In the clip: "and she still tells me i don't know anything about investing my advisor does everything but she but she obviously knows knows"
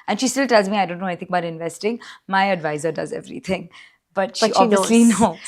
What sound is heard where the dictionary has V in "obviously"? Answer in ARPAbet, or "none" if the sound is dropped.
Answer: none